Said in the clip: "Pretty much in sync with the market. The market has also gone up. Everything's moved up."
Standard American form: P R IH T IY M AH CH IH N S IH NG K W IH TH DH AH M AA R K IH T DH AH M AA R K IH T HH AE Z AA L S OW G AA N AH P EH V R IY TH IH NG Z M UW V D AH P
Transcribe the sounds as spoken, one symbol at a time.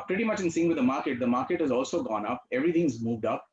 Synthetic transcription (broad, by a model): P R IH T IY M AH CH IH N S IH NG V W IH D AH M AA R K IH T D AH M AA R K IH T HH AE Z AA L S OW G AA N AH P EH V R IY T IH NG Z M UW V D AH P